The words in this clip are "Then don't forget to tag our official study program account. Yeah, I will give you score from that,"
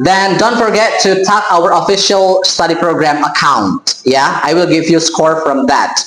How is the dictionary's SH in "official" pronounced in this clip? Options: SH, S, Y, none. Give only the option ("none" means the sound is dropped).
SH